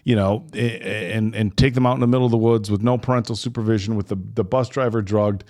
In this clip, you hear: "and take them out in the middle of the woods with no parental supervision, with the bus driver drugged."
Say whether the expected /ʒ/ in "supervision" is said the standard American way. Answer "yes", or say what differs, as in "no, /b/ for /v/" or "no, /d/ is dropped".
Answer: yes